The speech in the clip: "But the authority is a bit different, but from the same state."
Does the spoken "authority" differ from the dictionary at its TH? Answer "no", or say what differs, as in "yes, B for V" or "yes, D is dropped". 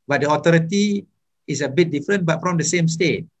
yes, T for TH